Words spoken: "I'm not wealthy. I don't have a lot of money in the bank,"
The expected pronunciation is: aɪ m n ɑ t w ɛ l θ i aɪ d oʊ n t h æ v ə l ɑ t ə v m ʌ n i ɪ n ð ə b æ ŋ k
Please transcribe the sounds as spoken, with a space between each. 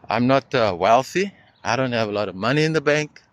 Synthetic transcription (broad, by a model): aɪ m n ɑ t w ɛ l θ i aɪ d oʊ n t h æ v ə l ɑ t ə v m ʌ n i ɪ n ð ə b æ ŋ k